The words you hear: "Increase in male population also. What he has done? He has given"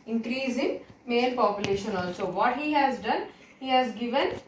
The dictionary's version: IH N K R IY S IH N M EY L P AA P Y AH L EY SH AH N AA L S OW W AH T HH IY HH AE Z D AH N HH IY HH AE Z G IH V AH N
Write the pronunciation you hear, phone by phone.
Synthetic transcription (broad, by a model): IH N K R IY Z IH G M EY N P AA P Y AH L EY SH AH N AA L S OW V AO T HH IY HH AE Z D AH N HH IY HH AE Z G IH V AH N